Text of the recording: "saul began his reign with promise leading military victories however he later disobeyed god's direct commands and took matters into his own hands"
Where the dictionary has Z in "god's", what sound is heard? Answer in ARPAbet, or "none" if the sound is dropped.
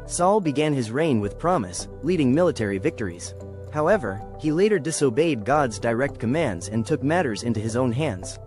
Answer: Z